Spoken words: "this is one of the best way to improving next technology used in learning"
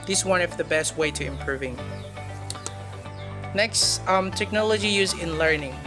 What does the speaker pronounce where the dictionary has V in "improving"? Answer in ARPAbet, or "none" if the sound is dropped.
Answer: V